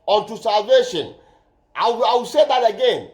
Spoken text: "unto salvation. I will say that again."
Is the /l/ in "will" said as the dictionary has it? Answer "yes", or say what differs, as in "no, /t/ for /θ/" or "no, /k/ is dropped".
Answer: no, /w/ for /l/